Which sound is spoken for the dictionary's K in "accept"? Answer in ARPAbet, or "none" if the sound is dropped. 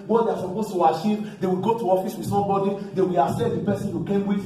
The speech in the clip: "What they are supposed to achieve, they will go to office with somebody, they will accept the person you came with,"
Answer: none